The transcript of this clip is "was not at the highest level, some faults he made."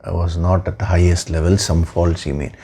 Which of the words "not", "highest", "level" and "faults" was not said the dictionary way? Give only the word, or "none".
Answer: none